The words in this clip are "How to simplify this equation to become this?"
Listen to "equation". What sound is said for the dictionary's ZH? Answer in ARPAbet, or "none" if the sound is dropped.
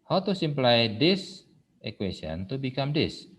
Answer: S